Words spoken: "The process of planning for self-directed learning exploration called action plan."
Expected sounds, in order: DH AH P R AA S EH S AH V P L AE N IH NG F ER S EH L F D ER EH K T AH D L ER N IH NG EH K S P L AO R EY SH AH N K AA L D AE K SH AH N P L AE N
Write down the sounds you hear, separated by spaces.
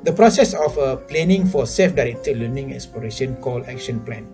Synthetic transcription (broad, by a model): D AH P R AA S EH S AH F P L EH N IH NG F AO S EH L F D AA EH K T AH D L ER N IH NG EH K S P L AO R EY SH AH N K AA L AE K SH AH N P L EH N